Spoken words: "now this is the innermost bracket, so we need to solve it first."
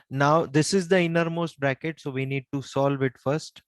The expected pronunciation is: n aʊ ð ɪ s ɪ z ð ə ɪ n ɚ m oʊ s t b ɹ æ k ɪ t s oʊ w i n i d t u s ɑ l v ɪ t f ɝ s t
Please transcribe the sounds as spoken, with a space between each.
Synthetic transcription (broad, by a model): n aʊ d ɪ s ɪ z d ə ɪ n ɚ m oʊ s t b ɹ æ k ɪ t s oʊ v i n i d t u s ɑ l v ɪ t f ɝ s t